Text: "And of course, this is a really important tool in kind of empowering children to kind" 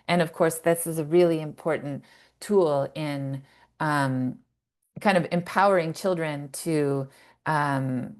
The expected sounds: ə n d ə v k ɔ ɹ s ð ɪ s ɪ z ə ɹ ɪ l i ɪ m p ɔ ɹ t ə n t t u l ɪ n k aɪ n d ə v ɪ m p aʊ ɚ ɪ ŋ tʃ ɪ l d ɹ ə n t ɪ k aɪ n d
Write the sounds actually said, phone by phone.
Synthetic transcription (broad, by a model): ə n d ə v k ɔ ɹ s ð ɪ s ɪ z ə ɹ ɪ l i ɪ m p ɔ ɹ t n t t u l ɪ n k aɪ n d ə v ɪ m p aʊ ɚ ɪ ŋ tʃ ɪ l d ɹ ə n t ɪ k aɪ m